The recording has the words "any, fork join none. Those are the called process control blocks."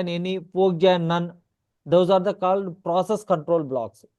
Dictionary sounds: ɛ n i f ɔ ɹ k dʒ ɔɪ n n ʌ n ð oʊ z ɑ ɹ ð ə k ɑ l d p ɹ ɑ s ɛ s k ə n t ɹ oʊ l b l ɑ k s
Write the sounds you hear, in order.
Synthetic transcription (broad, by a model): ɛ n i p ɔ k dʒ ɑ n n ʌ n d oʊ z ɑ ɹ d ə k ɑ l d p ɹ ɑ s ɛ s k ə n t ɹ oʊ l b l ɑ k s